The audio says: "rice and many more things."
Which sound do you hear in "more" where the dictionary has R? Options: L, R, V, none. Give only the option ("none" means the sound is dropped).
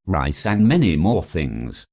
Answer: R